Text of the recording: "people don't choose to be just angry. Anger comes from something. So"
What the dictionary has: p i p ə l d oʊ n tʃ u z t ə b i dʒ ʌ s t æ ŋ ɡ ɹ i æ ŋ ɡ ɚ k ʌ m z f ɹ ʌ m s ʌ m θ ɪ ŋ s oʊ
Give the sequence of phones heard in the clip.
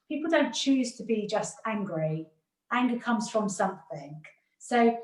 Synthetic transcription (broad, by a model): p i p l d oʊ n tʃ u z t ə b i dʒ ʌ s t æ ŋ ɡ ɹ i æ ŋ ɡ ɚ k ʌ m z f ɹ ʌ m s ʌ m θ ɪ ŋ s oʊ